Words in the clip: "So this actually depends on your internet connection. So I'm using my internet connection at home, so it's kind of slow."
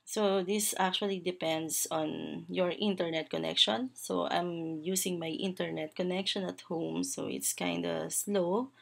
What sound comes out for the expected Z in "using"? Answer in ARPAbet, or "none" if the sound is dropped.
S